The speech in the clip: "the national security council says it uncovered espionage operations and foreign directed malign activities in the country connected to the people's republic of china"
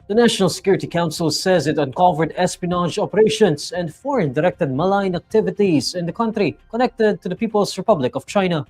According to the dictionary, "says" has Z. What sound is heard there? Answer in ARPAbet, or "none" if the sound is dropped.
Z